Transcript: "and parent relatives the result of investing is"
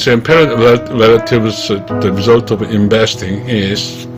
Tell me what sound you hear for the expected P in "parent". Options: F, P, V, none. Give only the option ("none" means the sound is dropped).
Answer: P